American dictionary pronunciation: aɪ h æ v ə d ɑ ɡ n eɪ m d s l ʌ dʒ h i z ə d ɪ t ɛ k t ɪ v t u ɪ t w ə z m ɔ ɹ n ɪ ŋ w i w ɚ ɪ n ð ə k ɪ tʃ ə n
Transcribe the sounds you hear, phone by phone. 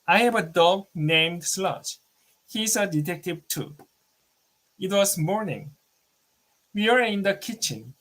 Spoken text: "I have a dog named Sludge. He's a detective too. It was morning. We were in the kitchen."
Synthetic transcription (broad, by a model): aɪ h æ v ə d ɑ ɡ n eɪ m d s l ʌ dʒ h i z ə d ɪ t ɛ k t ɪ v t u ɪ t w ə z m ɔ ɹ n ɪ ŋ w i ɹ ɪ n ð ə k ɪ tʃ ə n